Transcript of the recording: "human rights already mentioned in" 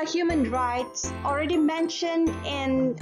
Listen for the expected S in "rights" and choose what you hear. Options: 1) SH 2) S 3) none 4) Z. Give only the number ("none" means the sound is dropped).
2